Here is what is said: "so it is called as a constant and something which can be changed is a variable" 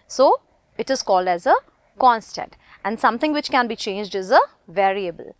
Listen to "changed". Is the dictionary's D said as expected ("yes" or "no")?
yes